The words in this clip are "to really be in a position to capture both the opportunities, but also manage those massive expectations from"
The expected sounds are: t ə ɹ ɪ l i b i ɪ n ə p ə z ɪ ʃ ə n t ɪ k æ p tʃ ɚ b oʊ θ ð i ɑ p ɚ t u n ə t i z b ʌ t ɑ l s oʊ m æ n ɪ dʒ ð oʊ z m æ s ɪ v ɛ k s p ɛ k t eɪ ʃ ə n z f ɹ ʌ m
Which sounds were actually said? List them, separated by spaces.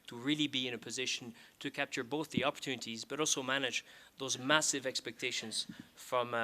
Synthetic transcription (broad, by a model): t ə ɹ ɪ l i b i ɪ n ə p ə z ɪ ʃ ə n t ɪ k æ p tʃ ɚ b oʊ θ ð i ɑ p ɚ t u n ə t i z b ʌ t ɑ l s oʊ m æ n ɪ dʒ ð oʊ z m æ s ɪ v ɛ k s p ɛ k t eɪ ʃ ə n z f ɹ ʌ m